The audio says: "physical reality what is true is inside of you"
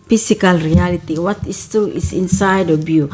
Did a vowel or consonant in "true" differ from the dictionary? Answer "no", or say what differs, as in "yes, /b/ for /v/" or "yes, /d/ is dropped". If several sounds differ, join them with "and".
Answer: yes, /ɹ/ is dropped